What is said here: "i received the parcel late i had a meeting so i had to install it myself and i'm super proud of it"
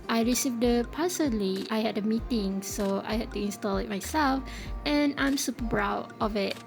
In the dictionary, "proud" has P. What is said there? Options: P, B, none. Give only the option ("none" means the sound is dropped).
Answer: B